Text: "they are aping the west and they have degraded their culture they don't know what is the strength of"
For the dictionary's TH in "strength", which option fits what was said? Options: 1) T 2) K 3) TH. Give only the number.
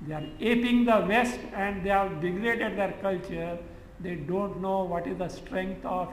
1